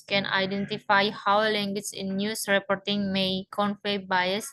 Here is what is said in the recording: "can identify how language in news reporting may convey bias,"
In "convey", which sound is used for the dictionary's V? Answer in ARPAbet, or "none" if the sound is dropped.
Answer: F